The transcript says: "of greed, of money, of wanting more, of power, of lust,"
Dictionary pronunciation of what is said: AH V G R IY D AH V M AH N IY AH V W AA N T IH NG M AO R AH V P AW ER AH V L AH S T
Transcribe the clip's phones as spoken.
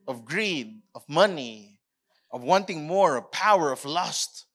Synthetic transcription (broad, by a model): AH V G R IY D AH V M AH N IY AH V W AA N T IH NG M AO R AH V P AW ER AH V L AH S T